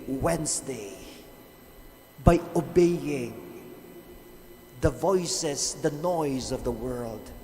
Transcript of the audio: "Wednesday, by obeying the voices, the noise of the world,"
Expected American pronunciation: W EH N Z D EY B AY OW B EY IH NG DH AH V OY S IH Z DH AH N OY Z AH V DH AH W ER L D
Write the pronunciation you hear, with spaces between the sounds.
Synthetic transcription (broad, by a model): W EH N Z D EY B AY OW B EY IH NG DH AH V OY S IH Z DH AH N OY Z AH V DH AH W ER L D